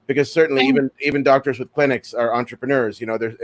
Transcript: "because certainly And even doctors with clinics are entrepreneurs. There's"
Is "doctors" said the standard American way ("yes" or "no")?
yes